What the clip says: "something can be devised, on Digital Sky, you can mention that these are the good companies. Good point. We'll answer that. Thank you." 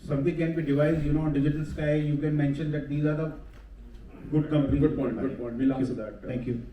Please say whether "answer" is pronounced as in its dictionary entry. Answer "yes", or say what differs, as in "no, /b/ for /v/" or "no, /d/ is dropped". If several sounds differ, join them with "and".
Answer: no, /s/ is dropped